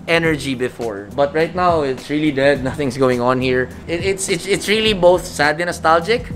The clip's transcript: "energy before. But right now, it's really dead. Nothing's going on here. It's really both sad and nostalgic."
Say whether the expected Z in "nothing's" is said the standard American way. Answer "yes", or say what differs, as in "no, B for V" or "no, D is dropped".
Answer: no, S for Z